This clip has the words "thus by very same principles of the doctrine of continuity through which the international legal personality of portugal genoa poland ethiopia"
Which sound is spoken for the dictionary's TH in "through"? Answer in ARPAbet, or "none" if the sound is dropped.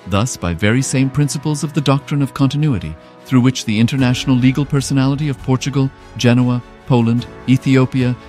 TH